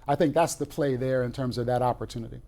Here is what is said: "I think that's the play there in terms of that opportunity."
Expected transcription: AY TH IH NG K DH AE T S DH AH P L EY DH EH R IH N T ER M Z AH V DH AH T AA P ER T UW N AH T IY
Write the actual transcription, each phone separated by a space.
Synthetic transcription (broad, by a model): AY TH IH NG K DH AE T S DH AH P L EY DH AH R IH N T ER M Z AH V DH AH T AA P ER T UW N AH T IY